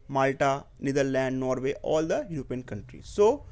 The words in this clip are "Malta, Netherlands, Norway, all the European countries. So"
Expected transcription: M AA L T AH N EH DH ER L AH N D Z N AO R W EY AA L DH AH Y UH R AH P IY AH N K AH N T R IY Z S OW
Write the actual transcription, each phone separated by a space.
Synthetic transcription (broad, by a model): M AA L T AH N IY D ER L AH N D N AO R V EY AA L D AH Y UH R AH P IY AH N K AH N T R IY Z S OW